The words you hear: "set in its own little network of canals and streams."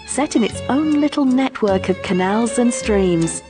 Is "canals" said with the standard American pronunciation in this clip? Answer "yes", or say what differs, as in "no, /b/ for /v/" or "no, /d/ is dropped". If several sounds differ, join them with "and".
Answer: yes